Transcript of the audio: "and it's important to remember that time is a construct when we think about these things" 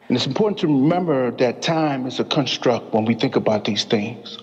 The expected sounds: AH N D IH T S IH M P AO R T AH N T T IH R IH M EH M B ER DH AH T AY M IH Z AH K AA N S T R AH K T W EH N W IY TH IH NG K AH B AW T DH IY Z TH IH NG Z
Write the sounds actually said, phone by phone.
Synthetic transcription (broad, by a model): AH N IH T S M P AO R T N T T IH R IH M EH M B ER DH AH T AY M IH Z AH K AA N S T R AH K T W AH N W IY TH IH NG K AH B AW T DH IY Z TH IH NG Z